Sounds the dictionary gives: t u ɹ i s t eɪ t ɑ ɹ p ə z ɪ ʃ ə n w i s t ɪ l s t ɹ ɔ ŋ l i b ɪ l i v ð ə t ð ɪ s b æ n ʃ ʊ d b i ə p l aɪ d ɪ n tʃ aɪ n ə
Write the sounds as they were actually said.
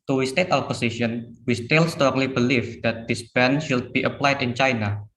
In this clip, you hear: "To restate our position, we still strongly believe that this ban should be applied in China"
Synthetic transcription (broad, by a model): t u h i s t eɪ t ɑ l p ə s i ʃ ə n w i s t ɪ l s t ɹ ɔ ŋ l i b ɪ l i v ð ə t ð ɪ s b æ n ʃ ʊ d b i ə p l aɪ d ɪ n tʃ aɪ n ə